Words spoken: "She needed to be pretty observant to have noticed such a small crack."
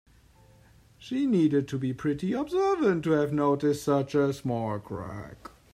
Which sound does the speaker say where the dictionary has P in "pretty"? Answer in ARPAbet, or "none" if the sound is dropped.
P